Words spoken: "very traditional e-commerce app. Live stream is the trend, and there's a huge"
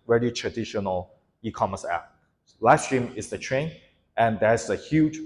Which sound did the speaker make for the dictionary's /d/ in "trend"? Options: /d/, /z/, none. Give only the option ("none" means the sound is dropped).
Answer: none